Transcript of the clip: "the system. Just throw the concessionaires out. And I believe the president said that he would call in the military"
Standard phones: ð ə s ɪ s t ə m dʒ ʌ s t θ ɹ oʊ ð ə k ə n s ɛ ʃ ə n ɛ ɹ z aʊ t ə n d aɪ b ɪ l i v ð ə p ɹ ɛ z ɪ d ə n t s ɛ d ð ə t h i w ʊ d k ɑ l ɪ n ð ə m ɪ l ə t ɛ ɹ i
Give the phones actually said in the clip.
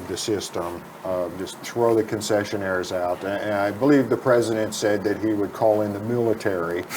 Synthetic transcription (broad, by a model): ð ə s ɪ s t ə m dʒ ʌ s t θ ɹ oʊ ð ə k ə n s ɛ ʃ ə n ɛ ɹ z aʊ t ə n aɪ b ɪ l i v ð ə p ɹ ɛ z ɪ d ə n t s ɛ d ð ə t h i w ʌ d k ɑ l ɪ n ð ə m ɪ l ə t ɛ ɹ i